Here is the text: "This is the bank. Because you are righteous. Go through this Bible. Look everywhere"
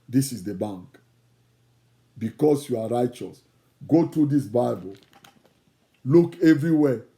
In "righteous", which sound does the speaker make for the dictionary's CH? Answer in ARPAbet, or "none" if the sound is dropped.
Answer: CH